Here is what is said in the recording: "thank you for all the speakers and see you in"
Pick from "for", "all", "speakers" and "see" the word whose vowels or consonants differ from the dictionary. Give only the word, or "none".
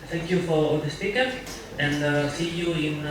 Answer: speakers